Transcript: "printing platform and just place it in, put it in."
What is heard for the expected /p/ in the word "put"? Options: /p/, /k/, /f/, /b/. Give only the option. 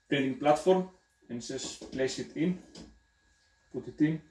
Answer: /p/